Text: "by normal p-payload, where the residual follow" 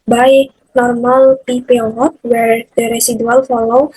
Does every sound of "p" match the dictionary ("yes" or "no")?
yes